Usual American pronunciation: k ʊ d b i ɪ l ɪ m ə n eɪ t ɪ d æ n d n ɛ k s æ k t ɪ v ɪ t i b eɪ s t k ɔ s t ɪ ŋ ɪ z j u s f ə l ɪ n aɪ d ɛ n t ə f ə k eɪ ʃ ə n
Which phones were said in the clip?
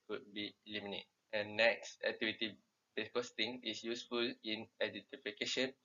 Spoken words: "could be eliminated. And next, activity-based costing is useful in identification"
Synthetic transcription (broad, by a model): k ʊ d b i l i m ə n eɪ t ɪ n n ɛ k s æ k t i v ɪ t i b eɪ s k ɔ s t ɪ ŋ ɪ s j u s f ə l ɪ n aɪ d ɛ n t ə f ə k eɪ ʃ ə n